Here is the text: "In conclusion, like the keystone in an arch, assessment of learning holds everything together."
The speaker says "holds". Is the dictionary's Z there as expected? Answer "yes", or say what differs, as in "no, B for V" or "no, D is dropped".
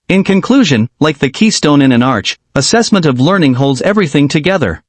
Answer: yes